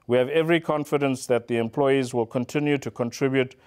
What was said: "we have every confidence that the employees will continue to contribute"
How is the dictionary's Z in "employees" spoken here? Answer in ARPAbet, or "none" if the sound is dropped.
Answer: Z